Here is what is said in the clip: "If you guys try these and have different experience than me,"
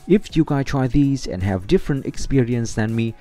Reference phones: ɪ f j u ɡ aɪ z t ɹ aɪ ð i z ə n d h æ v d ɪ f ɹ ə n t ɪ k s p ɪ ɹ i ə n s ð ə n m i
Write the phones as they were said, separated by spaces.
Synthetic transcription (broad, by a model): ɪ f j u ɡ aɪ t ɹ aɪ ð i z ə n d h æ v d ɪ f ɹ ə n t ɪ k s p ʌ ɹ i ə n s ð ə n m i